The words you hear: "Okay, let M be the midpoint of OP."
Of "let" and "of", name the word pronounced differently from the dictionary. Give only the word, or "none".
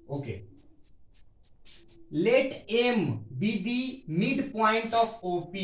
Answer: of